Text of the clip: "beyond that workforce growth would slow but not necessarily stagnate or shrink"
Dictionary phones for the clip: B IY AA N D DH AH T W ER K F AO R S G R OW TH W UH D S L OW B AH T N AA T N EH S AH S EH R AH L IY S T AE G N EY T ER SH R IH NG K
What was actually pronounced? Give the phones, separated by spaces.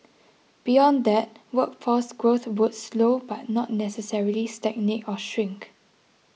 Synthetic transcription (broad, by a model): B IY AA N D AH T W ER K F AO S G R OW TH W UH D S L OW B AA T N AA T N EH S AH S EH R AH L IY S T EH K N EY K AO SH R IH NG K